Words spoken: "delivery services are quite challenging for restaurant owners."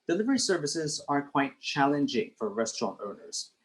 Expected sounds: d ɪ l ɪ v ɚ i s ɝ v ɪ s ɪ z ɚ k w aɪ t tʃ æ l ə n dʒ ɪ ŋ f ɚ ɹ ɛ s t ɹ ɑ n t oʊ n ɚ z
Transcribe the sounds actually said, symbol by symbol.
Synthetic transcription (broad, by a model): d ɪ l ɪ v ɚ i s ɝ v ɪ s ɪ z ɚ k w aɪ t tʃ æ l ə n dʒ ɪ ŋ f ɚ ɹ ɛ s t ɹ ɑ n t oʊ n ɚ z